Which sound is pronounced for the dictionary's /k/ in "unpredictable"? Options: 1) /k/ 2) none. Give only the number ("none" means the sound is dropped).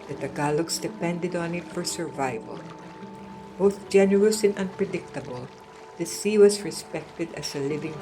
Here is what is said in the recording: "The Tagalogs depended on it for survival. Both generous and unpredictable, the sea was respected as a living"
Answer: 1